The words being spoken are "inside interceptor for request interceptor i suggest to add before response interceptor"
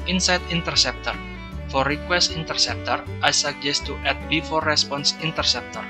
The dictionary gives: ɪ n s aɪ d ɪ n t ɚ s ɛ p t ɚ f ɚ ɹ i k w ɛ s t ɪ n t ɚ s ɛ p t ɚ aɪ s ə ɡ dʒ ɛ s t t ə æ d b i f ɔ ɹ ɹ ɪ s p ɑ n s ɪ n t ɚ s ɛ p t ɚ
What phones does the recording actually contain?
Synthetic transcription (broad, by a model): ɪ n s aɪ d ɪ n t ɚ s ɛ p t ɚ f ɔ ɹ i k w ɛ s t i n t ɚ s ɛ p t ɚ aɪ s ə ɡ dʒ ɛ s t t ə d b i f ɔ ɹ ɹ ɪ s p ɑ n s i n t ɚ s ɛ p t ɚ